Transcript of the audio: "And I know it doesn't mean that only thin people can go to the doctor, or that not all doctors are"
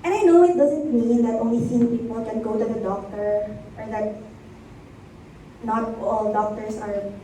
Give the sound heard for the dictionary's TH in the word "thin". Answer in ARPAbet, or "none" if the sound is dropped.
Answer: S